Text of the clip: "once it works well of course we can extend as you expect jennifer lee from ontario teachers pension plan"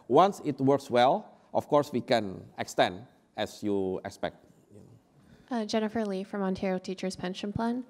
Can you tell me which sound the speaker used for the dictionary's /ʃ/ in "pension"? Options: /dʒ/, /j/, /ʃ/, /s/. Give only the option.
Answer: /ʃ/